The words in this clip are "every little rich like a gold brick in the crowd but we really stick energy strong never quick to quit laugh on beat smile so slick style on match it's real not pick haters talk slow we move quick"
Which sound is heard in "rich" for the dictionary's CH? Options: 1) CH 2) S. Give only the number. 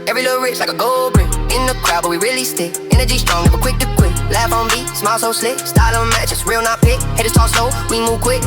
2